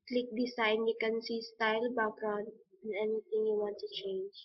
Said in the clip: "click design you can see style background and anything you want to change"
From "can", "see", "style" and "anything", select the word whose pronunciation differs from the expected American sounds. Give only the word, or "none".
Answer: anything